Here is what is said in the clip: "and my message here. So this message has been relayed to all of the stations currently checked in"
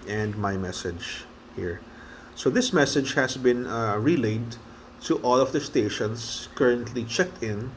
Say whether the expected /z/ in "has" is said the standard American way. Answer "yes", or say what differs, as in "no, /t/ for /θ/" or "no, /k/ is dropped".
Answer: no, /s/ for /z/